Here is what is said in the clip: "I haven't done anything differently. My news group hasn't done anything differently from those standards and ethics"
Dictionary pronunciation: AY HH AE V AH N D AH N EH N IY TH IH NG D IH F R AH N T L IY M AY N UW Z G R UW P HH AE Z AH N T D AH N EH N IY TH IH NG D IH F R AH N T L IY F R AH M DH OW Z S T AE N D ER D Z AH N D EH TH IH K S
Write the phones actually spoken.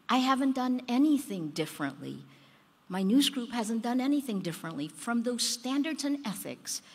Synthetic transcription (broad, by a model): AY HH AE V AH N D AH N EH N IY TH IH NG D IH F R AH N T L IY M AY N UW Z G R UW P HH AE Z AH N D AH N EH N IY TH IH NG D IH F R AH N T L IY F R AH M DH OW Z S T AE N D ER D Z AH N EH TH IH K S